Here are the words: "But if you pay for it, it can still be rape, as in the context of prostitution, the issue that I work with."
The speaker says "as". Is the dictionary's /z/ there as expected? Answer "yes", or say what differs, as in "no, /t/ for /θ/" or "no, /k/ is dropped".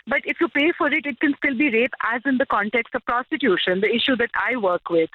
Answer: yes